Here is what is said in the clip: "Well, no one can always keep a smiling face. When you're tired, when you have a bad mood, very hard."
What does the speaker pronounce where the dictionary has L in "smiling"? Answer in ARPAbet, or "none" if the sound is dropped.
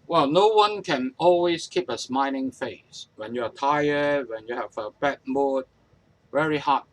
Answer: N